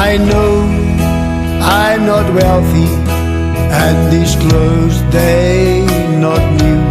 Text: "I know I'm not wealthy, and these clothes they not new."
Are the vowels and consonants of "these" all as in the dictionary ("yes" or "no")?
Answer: no